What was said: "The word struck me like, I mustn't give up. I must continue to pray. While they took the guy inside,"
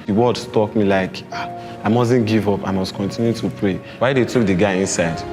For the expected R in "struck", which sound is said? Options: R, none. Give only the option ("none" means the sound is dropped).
none